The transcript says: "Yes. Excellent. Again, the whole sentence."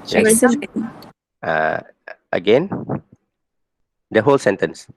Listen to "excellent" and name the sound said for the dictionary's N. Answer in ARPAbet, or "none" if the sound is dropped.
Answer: none